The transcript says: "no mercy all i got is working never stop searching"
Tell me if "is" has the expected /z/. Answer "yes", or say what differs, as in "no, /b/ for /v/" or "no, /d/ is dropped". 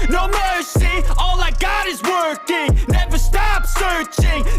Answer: yes